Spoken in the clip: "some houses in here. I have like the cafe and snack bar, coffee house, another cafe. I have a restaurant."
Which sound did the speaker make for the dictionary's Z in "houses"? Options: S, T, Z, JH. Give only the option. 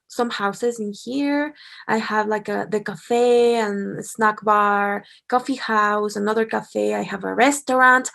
Z